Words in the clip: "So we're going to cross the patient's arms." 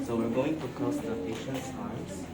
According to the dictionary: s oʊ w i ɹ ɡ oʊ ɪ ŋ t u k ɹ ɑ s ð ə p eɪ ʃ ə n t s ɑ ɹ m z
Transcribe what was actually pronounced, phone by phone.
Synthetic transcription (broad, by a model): s oʊ w i ɹ ɡ oʊ ɪ ŋ t u k ɑ s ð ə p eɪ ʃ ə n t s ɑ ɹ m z